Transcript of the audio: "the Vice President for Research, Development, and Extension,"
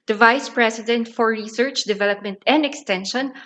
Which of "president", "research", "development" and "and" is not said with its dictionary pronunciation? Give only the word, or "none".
president